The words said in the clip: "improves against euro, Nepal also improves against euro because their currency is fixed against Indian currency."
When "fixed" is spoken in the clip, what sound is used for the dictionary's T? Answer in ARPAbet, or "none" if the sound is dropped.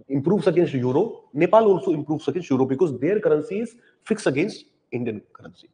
none